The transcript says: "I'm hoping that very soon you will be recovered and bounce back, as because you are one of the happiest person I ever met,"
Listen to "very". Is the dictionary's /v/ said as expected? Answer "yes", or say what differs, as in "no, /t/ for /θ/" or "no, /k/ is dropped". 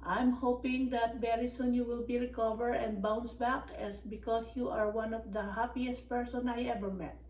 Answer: no, /b/ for /v/